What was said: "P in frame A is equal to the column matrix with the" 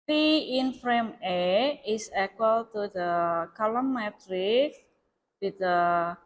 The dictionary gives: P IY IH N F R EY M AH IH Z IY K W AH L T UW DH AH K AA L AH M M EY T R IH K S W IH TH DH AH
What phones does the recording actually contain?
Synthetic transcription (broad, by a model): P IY IH N F R EY M AH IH S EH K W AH L T UW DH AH K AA L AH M M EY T R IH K W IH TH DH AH